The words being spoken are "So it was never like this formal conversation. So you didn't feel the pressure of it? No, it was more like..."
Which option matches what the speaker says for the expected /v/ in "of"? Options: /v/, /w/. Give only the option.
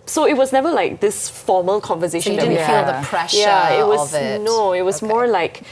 /w/